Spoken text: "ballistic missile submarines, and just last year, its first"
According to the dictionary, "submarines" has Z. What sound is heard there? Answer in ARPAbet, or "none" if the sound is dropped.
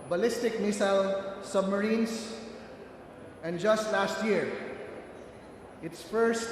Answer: S